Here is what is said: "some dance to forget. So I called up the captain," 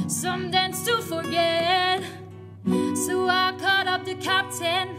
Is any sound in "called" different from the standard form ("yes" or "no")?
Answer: yes